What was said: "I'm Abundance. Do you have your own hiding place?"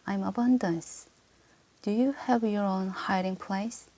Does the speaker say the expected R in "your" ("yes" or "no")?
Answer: yes